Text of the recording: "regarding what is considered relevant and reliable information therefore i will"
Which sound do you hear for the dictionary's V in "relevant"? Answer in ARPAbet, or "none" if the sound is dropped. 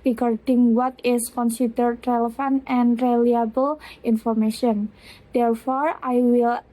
F